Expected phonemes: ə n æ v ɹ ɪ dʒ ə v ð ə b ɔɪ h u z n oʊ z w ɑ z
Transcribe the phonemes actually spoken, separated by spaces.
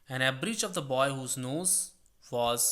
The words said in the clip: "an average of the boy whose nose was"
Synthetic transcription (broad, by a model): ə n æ b ɹ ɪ tʃ ə v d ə b ɔɪ h u z n oʊ z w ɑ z